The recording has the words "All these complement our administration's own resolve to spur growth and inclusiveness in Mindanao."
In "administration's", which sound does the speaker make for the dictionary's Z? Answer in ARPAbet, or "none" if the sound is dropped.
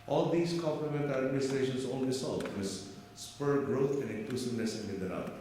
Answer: S